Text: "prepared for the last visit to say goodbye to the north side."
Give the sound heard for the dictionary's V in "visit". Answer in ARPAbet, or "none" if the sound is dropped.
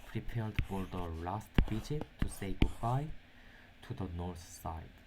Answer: B